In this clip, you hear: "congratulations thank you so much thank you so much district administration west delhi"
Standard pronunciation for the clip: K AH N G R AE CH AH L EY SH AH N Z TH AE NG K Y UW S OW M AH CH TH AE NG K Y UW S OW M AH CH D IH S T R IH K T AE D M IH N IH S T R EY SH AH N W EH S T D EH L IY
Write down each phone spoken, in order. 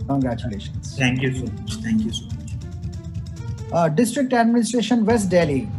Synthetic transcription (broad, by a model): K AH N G R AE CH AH L EY SH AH N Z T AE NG K Y UW S OW M AH CH T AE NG K Y UW S OW M AH CH D IH S T R IH K T AE D M IH N IH S T R EY SH AH N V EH S T D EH L IY